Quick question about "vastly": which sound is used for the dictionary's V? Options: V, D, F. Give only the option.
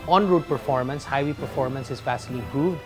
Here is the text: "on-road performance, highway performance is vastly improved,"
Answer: F